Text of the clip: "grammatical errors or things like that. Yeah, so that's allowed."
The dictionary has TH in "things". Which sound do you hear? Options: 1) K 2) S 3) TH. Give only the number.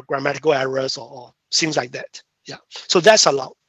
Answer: 2